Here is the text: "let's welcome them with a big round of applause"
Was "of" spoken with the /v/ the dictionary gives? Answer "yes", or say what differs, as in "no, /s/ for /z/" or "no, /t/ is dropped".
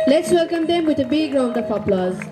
no, /p/ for /v/